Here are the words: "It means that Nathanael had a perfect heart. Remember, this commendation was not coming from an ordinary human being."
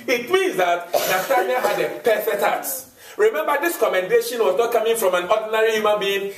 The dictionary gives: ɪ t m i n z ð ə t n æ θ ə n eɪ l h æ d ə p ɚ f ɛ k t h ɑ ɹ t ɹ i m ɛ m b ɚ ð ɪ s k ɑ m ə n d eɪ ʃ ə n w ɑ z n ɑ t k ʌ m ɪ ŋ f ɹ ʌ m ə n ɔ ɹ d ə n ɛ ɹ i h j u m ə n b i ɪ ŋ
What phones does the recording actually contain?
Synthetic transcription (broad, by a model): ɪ t m i n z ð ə t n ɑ s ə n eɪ h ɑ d ə p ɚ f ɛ t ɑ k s ɹ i m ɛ m b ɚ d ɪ s k ɑ m ə n d eɪ ʃ ə n w ɑ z n ɑ t k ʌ m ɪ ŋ f ɹ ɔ m ə n ɔ d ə n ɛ ɹ i h j u m ə n b i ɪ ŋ